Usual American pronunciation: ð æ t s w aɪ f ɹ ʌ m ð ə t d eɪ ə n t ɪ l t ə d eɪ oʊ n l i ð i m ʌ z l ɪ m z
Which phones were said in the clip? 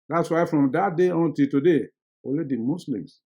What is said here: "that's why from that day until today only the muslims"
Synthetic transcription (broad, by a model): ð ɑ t s w aɪ f ɹ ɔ m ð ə t d eɪ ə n t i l t ə d eɪ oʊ l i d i m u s l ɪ m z